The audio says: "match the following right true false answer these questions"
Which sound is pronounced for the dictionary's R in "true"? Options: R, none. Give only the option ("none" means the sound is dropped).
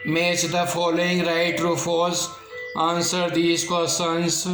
R